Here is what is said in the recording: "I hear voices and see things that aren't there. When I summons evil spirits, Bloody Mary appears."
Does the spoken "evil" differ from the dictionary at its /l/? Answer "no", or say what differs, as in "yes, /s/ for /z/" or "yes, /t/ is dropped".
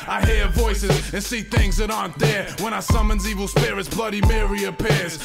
no